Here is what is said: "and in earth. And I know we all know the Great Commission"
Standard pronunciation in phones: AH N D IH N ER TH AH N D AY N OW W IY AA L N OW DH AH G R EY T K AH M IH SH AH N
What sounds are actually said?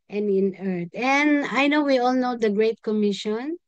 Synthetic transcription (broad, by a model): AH N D IH N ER T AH N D AY N OW W IY AA L N OW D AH G R EY T K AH M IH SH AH N